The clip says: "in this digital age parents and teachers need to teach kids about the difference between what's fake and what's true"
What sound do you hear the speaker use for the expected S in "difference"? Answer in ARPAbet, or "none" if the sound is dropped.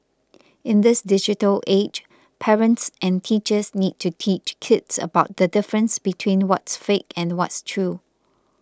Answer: S